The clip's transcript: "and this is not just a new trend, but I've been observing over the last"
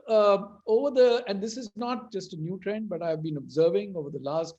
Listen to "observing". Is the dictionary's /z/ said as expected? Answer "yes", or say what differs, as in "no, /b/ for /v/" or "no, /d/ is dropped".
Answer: yes